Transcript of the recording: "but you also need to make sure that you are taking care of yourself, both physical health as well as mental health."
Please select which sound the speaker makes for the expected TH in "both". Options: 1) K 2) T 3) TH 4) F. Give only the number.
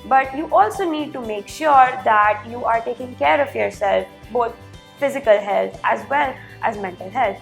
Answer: 2